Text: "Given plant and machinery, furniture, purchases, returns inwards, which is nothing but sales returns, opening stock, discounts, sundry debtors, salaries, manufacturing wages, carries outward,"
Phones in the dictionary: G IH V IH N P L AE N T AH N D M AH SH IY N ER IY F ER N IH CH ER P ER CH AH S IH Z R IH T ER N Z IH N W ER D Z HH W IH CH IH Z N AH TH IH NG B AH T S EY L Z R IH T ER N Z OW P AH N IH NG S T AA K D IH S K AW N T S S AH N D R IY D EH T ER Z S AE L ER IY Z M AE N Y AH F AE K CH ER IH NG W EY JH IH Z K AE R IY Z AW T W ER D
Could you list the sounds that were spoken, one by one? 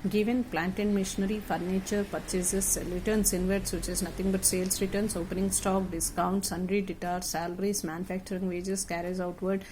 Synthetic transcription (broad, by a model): G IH V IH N P L AE N T AH N D M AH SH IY N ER IY F ER N IH CH ER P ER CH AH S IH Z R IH T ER N S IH N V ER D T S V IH CH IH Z N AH T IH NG B AH T S EY L S R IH T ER N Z OW P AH N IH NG S T AA K D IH S K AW N T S S AH N D R IY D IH T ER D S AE L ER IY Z M AE N Y AH F AE K CH ER IH NG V EY JH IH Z K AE R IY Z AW T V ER D